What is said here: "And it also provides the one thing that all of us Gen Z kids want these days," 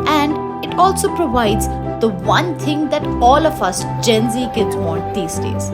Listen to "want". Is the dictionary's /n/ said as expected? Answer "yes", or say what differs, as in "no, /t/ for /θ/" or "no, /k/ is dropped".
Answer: no, /n/ is dropped